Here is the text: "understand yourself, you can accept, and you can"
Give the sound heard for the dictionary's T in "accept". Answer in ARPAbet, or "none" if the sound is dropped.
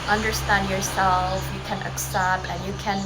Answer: none